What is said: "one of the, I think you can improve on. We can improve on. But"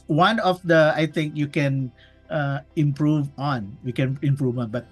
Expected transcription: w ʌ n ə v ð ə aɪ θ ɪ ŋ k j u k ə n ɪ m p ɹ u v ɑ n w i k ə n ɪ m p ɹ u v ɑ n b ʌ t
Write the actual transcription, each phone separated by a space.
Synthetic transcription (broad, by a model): w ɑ n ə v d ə aɪ t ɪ ŋ k j u k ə n ɪ m p ɹ u v ɑ n w i k ə n ɪ m p ɹ u v ɑ n b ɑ t